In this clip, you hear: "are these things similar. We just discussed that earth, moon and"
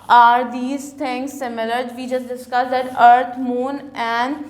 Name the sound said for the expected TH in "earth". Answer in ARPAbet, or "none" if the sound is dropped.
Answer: T